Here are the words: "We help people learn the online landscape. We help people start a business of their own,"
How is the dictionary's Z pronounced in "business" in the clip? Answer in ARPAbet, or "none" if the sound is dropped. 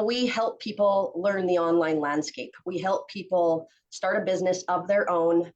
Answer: Z